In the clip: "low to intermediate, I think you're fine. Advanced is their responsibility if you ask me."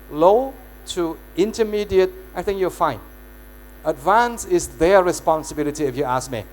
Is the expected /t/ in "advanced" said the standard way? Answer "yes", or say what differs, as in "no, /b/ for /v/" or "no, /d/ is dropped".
no, /t/ is dropped